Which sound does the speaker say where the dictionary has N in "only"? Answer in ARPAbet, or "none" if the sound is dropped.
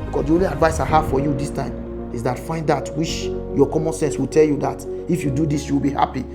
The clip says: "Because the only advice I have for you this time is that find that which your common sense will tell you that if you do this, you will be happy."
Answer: N